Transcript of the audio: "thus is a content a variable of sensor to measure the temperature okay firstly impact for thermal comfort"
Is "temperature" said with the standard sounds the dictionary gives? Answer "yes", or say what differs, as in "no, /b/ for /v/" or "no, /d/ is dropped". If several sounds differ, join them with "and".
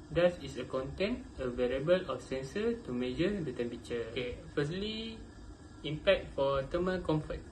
no, /ɹ/ is dropped